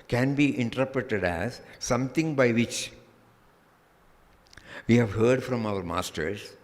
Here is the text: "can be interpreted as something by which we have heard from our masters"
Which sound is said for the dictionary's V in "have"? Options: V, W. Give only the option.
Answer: V